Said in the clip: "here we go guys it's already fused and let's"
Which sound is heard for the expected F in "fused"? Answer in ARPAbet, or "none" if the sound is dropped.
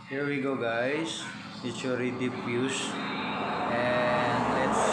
P